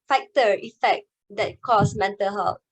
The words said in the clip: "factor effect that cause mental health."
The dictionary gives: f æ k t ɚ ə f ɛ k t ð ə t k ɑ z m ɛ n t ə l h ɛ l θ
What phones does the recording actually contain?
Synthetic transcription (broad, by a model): f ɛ k t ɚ ə f ɛ k t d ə t k ɑ s m ɛ n t ə l h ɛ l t